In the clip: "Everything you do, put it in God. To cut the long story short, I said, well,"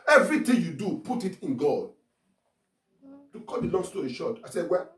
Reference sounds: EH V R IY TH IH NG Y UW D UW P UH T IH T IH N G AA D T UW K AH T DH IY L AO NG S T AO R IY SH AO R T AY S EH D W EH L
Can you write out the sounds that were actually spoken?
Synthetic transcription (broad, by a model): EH V R IY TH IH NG Y UW D UW P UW T IH T IH N G AA D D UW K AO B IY L AO NG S T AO IY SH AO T AY S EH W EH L